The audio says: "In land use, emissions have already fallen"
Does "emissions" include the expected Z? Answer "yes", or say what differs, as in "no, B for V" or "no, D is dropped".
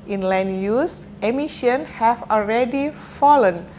no, Z is dropped